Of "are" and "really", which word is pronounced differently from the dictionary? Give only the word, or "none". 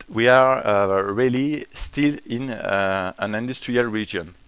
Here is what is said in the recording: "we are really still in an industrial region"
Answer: none